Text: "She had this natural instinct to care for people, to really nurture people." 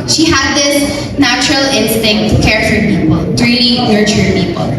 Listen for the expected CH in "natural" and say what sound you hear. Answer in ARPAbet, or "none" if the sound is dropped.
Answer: CH